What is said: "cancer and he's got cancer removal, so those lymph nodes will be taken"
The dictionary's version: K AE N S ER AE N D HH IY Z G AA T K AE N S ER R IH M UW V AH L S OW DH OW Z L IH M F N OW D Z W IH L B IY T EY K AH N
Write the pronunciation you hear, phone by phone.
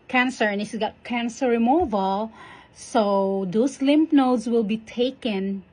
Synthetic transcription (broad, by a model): K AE N S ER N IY S G AA T K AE N S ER R IH M UW V AH L S OW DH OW S L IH M P N OW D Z W IH L B IY T EY K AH N